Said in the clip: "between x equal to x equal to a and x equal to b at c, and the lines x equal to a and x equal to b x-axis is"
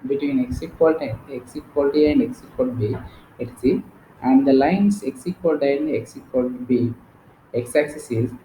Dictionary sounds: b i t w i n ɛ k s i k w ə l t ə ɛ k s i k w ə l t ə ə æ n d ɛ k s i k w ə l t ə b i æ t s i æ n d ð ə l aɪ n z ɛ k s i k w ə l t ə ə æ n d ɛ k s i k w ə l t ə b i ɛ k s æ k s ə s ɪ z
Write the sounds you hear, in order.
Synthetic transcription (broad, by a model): b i t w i n ɛ k s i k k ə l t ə ɛ k s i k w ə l t ə ə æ n d ɛ k s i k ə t b i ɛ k s i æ n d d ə l aɪ n s ɛ k s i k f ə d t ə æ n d ɛ k s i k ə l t b i ɛ k s æ k s ə s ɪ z